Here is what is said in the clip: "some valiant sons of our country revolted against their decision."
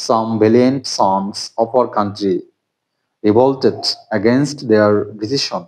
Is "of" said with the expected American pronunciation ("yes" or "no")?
no